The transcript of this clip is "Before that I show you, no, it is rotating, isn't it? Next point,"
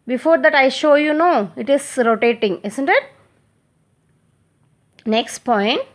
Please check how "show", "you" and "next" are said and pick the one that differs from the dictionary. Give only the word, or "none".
none